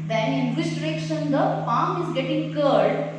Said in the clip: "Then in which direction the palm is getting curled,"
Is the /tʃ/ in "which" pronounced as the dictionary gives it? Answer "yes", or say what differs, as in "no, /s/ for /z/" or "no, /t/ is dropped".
no, /s/ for /tʃ/